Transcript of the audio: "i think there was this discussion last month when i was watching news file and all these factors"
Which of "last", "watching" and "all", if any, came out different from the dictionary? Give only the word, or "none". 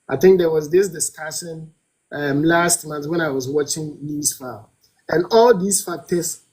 none